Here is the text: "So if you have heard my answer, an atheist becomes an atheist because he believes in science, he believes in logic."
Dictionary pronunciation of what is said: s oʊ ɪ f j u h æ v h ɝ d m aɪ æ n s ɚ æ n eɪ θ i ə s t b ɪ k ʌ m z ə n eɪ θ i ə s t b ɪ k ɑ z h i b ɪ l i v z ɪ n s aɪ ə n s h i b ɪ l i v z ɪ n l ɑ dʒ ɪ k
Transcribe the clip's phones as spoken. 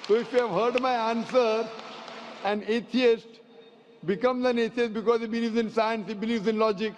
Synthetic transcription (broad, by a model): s oʊ ɪ f j u h æ v h ɝ d m aɪ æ n s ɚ æ n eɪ t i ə s t b ɪ k ʌ m z ə n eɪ t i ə s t b ɪ k ɑ z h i b ɪ l i v z ɪ n s aɪ ə n s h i b ɪ l i v z ɪ n l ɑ dʒ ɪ k